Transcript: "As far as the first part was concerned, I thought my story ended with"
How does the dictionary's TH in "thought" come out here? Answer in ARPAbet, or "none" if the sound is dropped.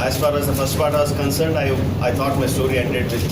T